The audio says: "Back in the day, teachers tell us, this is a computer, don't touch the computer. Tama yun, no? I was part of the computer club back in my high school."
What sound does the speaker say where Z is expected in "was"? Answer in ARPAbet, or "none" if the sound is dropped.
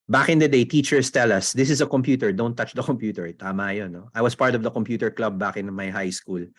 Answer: S